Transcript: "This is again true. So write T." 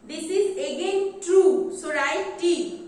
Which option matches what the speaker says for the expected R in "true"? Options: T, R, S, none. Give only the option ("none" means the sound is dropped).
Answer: R